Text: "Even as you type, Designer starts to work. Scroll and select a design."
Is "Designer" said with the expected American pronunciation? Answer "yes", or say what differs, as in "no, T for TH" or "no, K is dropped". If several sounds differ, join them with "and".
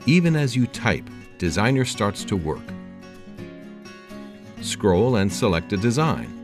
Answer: yes